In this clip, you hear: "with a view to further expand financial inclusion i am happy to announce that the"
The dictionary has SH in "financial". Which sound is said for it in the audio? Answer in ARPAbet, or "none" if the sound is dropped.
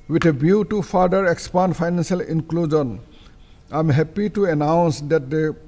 S